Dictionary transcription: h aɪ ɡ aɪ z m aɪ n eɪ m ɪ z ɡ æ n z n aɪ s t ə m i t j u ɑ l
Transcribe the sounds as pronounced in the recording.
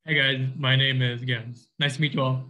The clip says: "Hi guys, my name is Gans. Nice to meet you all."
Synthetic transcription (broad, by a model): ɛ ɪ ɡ aɪ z m aɪ n eɪ m ɪ z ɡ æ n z n aɪ s t ə m i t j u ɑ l